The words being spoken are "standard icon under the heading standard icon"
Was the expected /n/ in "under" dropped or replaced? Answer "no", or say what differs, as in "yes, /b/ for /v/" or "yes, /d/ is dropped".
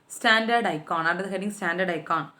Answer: yes, /n/ is dropped